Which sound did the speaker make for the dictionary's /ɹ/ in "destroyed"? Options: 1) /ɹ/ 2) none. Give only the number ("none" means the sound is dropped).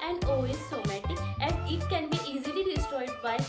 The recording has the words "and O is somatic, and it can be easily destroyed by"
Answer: 2